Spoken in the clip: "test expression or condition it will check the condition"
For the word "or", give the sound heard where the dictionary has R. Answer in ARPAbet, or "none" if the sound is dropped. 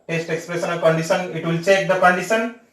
L